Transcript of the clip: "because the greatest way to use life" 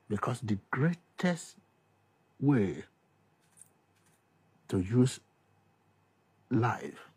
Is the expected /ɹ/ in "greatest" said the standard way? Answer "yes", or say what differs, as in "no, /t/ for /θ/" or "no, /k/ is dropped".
yes